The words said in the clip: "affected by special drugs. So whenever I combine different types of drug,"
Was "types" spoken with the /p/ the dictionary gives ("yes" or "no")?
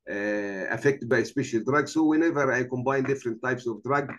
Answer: yes